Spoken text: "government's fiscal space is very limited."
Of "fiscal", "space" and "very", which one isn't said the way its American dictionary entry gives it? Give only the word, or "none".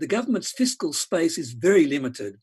none